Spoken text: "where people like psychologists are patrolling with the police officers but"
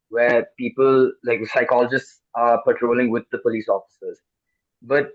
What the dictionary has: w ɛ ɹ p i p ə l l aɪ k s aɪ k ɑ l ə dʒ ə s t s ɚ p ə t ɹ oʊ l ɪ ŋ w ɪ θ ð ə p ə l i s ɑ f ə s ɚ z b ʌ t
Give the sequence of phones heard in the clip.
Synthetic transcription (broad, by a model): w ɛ p i p ə l l aɪ k s aɪ k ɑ l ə dʒ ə s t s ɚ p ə t ɹ oʊ l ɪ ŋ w ɪ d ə p ə l i s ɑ f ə s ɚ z b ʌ t